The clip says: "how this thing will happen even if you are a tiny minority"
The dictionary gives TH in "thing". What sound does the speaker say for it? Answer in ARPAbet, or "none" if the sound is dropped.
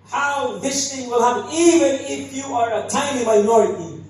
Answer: T